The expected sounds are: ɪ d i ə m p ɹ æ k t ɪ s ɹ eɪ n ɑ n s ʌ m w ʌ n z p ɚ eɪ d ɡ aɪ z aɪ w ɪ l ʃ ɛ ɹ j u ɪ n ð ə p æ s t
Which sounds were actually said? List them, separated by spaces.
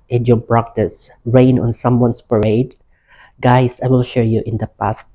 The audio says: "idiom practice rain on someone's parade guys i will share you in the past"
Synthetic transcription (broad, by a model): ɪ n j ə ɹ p ɹ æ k t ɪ s ɹ eɪ n ɑ n s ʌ m w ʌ n s p ɚ eɪ d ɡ aɪ s aɪ w ɪ l ʃ ɛ ɹ j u ɪ n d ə p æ s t